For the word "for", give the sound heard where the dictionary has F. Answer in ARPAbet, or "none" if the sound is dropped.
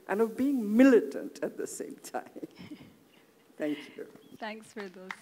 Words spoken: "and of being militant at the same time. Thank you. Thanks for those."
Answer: F